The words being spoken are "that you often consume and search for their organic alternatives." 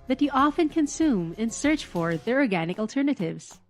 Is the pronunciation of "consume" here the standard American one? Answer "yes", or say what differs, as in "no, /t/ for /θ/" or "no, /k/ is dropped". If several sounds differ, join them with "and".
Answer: yes